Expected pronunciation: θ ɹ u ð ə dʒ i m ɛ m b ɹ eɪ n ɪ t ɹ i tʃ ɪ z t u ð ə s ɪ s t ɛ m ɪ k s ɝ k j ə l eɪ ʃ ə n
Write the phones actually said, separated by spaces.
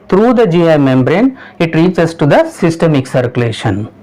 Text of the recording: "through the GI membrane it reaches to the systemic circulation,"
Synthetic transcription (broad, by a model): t ɹ u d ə dʒ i m ɛ m b ɹ eɪ n ɪ t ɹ i s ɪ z t u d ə s ɪ s t ɛ m ɪ k s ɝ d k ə l eɪ ʃ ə n